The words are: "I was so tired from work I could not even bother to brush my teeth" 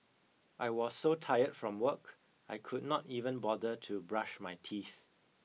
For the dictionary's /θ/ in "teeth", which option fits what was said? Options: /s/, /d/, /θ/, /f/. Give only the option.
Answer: /θ/